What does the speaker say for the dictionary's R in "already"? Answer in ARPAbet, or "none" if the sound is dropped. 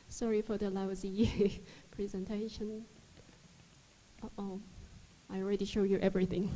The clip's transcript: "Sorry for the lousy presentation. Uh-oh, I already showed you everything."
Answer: R